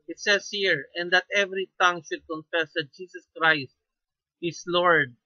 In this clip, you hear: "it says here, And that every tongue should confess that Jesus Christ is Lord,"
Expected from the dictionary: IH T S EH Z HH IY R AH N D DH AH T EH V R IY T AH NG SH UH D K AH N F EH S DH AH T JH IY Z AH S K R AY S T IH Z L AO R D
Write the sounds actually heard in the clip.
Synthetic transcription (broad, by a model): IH T S EH S HH IY R AH N D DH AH T EH V R IY T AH NG SH UH D K AH N F EH S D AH T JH IY S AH S K R AY S T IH S L AO R D